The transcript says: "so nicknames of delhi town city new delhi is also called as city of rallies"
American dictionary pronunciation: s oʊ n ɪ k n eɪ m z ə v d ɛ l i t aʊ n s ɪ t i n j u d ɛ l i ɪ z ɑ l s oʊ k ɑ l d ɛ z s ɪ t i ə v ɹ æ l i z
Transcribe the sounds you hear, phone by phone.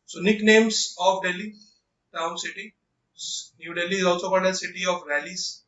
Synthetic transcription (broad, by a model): s oʊ n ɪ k n eɪ m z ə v d ɛ l i t aʊ n s ɪ t i n j u d ɛ l i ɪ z ɑ l s oʊ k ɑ d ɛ s ɪ t i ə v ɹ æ l i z